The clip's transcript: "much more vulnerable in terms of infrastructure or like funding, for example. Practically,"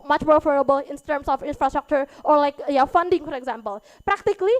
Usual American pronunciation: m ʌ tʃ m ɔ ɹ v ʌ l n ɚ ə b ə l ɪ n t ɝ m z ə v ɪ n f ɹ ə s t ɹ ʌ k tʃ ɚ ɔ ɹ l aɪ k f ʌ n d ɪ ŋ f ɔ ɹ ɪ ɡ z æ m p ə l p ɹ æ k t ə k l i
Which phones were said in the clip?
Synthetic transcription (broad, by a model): m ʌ tʃ m ɔ ɹ f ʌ n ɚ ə b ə l ɪ n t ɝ m s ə f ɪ n f ɹ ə s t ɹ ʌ k tʃ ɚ ɔ ɹ l aɪ k f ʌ n d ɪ ŋ f ɔ ɹ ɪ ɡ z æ m p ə l p ɹ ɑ k t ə k l i